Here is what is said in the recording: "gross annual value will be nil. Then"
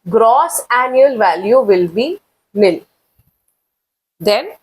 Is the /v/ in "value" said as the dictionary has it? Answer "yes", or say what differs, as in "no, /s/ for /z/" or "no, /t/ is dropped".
yes